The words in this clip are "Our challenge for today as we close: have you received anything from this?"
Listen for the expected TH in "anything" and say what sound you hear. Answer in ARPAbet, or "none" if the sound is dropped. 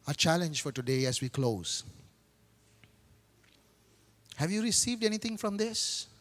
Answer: T